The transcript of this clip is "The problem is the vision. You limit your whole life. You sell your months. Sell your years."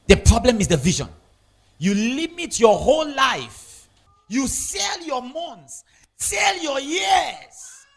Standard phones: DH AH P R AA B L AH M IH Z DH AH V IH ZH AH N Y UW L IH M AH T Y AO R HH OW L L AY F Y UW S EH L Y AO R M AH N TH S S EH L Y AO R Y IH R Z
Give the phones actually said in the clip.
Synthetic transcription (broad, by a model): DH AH P R AA B L AH M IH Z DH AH V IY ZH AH N Y UW L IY M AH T Y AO HH OW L L AY F Y UW S EH L Y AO M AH N T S S EH L Y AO Y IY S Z